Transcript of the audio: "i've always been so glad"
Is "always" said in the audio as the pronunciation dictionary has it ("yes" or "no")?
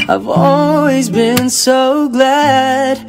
yes